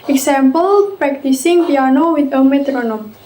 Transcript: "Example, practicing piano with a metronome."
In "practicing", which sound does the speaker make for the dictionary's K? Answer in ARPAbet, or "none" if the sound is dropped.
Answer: K